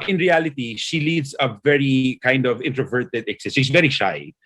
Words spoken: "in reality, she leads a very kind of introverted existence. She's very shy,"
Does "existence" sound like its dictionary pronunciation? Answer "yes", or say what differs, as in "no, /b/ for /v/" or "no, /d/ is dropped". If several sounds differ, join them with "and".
no, /n/ is dropped